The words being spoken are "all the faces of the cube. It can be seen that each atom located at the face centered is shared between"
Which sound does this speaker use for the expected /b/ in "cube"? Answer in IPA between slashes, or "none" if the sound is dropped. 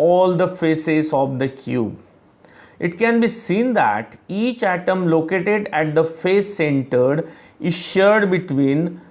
/b/